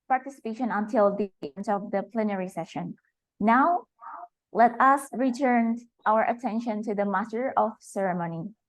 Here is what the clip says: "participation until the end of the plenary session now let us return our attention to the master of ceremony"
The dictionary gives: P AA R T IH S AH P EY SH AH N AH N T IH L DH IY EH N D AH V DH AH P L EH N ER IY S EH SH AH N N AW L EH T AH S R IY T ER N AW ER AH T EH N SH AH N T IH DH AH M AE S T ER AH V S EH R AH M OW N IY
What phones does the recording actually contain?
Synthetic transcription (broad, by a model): P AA R T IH S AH P EY SH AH N AH N T IH L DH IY EH N D AH V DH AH P L EH N ER IY S EH SH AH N N AW L EH T AH S R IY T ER N AW ER AH T EH N SH AH N T IH DH AH M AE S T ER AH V S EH R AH M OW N IY